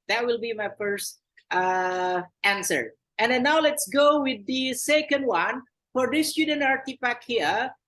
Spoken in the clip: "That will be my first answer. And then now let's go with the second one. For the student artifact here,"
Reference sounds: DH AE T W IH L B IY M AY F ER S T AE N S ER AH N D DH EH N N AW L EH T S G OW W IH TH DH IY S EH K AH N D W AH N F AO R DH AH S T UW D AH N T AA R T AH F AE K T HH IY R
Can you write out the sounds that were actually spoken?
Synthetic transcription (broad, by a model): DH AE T W IH L B IY M AY F ER S T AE N S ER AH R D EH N N AW L EH T S G OW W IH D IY S EH K AH N D W AH N F AO R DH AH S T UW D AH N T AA R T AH P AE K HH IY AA